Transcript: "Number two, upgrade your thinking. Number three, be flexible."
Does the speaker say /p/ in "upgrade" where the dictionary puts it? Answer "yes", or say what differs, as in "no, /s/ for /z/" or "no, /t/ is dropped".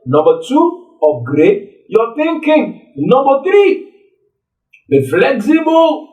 no, /p/ is dropped